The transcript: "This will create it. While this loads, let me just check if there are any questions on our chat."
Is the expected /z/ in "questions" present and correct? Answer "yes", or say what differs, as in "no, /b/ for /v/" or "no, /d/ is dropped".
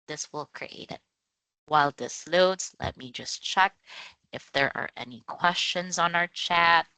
yes